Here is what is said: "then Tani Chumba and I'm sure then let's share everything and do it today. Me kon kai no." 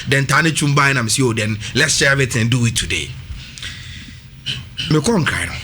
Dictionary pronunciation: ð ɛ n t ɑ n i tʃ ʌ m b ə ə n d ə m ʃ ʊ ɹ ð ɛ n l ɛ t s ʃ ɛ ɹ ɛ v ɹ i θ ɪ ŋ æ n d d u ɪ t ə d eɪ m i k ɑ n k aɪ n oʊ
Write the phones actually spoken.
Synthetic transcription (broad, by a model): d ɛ n t ɑ n i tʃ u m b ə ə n ə m s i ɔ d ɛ n l ɛ t s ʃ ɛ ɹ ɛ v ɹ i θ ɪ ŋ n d d u ɪ t ə d eɪ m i k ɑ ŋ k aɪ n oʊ